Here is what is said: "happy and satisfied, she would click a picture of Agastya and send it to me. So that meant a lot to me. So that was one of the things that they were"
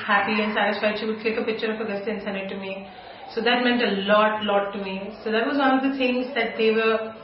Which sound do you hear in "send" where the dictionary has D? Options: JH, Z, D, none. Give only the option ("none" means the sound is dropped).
none